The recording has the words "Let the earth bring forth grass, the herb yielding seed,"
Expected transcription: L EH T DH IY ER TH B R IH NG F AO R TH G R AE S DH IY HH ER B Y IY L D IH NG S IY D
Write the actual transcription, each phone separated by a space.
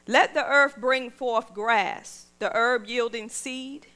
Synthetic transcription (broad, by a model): L EH T DH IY ER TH B R IH NG F AO R TH G R AE S DH IY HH ER B Y IY L D IH NG S IY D